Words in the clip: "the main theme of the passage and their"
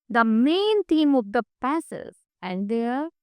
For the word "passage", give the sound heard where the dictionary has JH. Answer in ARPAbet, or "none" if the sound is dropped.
Z